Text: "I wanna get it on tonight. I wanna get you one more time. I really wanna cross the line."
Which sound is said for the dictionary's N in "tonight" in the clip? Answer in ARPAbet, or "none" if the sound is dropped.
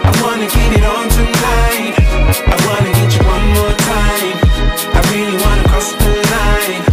L